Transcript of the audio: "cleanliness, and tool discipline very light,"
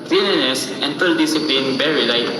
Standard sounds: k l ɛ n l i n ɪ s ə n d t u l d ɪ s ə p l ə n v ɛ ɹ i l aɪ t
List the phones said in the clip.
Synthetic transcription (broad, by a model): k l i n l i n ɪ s ə n d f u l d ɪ s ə p l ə n b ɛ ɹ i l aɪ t